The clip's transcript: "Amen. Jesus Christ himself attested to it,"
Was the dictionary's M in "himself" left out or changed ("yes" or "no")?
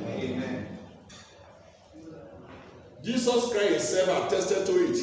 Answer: yes